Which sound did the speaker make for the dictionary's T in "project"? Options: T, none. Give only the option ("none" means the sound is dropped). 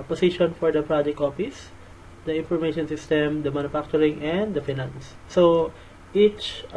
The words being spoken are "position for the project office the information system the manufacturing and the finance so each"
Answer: none